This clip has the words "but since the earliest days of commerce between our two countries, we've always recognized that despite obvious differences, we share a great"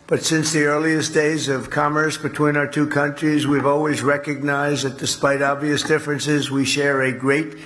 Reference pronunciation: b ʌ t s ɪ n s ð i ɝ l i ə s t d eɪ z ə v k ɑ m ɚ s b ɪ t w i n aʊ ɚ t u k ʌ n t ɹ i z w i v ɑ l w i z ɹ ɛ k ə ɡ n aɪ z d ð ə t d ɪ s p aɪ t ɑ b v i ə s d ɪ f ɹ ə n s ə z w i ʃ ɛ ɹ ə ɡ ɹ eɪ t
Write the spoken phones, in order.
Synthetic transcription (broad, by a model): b ʌ t s ɪ n s ð i ɝ l i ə s d eɪ z ə v k ɑ m ɚ s b ɪ t w i n aʊ ɚ t u k ʌ n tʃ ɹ i z w i v ɑ l w i z ɹ ɛ k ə ɡ n aɪ z ð ə t d ɪ s p aɪ t ɑ b v i ə s d ɪ f ɹ ə n s ə z w i ʃ ɛ ɹ ə ɡ ɹ eɪ t